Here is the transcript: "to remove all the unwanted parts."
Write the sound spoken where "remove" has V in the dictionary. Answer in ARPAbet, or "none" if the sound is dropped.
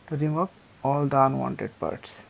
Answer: P